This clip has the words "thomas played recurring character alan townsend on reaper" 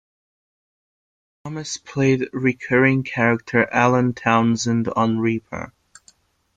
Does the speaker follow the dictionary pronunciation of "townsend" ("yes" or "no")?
yes